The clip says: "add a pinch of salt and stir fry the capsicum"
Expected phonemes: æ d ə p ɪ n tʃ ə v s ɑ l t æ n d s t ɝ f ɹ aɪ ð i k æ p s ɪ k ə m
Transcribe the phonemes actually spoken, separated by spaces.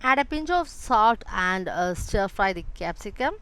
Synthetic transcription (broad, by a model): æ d ə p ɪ n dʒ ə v s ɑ t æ n d s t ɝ f ɹ aɪ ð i k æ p s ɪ k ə m